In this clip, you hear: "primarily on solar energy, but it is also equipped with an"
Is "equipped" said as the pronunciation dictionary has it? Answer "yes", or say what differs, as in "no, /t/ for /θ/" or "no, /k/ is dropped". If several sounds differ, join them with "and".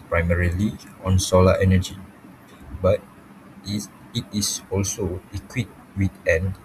no, /p/ is dropped